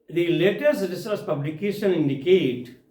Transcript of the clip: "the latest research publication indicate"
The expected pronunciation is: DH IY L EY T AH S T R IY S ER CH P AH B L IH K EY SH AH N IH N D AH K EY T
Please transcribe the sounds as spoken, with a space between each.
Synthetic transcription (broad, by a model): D IY L EY T AH S T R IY S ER S P AH B L IH K EY SH AH N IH N D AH K EY T